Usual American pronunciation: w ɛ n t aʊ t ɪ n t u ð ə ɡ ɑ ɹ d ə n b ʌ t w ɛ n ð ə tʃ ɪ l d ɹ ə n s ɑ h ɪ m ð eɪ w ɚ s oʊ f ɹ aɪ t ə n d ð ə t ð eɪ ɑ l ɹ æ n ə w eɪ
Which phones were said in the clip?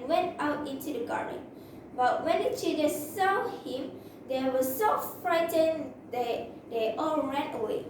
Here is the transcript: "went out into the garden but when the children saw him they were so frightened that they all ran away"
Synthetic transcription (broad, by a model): w ɛ n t aʊ t ɪ n t u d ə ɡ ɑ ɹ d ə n b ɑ t w ɛ n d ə tʃ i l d ə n s ɑ h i m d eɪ w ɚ s oʊ f ɹ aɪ t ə n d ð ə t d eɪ ɑ l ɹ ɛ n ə w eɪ